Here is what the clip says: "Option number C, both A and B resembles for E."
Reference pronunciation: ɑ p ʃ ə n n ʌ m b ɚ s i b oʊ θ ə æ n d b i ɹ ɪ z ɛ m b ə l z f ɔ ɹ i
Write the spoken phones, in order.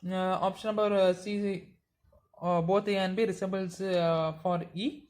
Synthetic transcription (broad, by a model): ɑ p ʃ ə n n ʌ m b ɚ s i b oʊ t ə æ n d b i ɹ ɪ s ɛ b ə l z f ɔ ɹ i